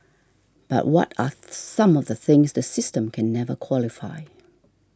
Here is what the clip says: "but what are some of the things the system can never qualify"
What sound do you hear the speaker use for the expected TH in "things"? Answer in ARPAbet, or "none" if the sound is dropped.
TH